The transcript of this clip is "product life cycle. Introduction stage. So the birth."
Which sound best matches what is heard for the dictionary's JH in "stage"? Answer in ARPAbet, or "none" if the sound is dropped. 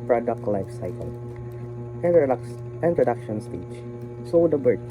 CH